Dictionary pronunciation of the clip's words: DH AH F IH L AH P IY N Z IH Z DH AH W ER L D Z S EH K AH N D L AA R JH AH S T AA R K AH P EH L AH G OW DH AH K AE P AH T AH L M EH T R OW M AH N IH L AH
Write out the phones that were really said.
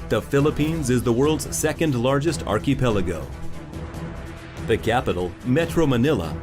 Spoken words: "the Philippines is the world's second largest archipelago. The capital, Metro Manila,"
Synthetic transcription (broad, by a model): DH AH F IH L AH P IY N Z IH Z DH AH W ER L D Z S EH K AH N D L AA R JH AH S T AA R K AH P EH L AH G OW DH AH K AE P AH T L M EH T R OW M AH N IH L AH